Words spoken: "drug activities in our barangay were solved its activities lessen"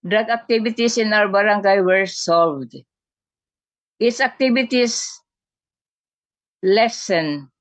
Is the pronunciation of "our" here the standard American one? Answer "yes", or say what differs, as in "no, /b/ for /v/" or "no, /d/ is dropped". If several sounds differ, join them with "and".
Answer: no, /w/ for /ɹ/